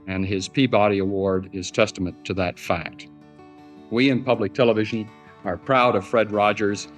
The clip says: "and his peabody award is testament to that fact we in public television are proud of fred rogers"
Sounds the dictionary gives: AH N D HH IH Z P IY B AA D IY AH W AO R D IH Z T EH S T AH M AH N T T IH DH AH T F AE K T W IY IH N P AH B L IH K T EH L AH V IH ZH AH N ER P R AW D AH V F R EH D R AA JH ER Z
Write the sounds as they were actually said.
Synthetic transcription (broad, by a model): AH N IH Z P IY B AA D IY AH W AO R D IH Z T EH S T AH M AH N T T IH DH AH T F AE K T W IY IH N P AH B L IH K T EH L AH V IH ZH AH N ER P R AW D AH V F R EH D R AA JH ER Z